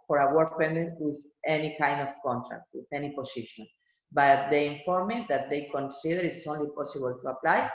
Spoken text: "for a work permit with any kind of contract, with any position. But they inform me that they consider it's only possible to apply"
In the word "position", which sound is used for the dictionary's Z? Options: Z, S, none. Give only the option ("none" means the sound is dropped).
S